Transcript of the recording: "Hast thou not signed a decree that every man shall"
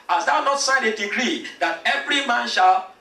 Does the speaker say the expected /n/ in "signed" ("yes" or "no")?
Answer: no